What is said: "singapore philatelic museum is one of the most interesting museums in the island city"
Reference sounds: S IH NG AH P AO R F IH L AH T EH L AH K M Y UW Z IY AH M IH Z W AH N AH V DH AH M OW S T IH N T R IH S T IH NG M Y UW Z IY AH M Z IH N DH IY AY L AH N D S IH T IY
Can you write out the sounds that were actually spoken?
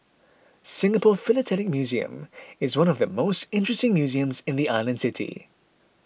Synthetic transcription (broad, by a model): S IH NG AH P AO F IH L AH T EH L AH K M Y UW Z IY AH M IH Z W AH N AH V DH AH M OW S T IH N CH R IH S T IH NG M Y UW Z IY AH M Z IH N DH IY AY L AH N D S IH T IY